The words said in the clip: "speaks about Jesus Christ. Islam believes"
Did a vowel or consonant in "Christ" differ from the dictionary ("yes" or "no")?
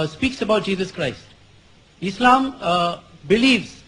no